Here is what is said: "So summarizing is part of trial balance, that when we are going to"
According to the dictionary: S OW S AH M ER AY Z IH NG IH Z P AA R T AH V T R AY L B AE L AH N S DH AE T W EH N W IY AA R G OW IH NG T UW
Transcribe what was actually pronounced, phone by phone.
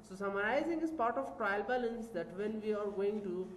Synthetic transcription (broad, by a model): S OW S AH M ER AY Z IH NG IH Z P AA R T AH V T R AY L B AE L AH N S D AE T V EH N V IY AA R G OW IH NG T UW